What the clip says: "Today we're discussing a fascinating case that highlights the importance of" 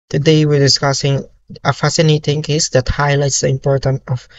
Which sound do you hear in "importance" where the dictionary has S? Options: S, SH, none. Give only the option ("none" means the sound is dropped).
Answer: none